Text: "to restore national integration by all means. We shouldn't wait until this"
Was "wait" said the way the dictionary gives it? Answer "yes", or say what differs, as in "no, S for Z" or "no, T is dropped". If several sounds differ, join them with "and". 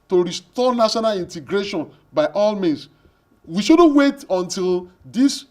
yes